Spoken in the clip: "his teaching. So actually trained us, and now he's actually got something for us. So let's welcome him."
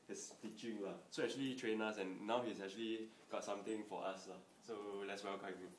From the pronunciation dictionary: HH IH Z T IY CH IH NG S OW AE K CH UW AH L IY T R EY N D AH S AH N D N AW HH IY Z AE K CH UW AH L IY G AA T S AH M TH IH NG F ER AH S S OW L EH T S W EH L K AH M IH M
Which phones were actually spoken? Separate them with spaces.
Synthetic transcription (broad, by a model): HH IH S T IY CH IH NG S OW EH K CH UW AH L IY T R EY N AH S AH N N AW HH IY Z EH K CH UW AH L IY G AA T S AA M T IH NG F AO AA S S OW L EH T S W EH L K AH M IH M